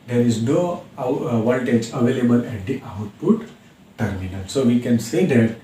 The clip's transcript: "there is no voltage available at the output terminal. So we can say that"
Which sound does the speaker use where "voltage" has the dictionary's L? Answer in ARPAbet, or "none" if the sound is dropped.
N